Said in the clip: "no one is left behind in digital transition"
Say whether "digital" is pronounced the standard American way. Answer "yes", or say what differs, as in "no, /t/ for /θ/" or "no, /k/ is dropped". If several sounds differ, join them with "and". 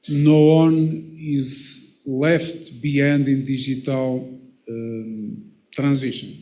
no, /ʒ/ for /dʒ/